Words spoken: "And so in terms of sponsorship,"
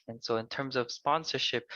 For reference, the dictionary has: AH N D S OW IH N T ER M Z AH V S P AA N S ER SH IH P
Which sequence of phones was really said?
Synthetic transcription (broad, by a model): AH N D S OW IH N T ER M Z AH V S P AA N S ER SH IH P